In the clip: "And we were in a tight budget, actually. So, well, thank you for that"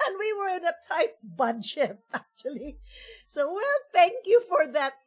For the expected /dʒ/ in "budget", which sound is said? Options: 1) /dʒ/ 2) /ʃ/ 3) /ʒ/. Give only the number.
2